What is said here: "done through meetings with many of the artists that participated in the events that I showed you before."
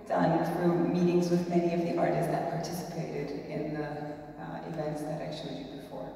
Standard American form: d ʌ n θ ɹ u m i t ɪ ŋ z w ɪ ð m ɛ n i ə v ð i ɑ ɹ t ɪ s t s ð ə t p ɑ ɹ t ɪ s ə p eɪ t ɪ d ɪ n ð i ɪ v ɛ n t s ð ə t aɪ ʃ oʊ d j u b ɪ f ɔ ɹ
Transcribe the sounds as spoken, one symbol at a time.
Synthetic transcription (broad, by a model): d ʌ n θ ɹ u m i t ɪ ŋ z w ɪ ð m ɛ n i ə v ð i ɑ ɹ t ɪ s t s ð ə t p ɑ ɹ t ɪ s ə p eɪ t ɪ d ɪ n ð i ɪ v ɛ n t s ð ə t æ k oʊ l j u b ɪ f ɔ ɹ